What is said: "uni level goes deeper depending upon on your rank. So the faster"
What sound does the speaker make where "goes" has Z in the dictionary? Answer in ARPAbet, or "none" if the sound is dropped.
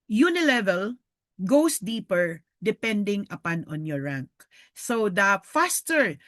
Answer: S